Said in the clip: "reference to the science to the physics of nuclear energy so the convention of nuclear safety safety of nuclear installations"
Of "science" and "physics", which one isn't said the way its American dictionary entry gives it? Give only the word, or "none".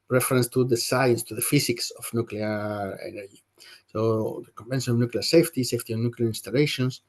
physics